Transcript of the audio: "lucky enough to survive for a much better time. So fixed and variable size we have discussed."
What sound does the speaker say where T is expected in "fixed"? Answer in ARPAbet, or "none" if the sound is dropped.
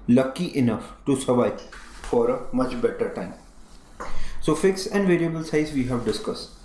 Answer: none